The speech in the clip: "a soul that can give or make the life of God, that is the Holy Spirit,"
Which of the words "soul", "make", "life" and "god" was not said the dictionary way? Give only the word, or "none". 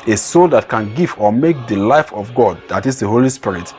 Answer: none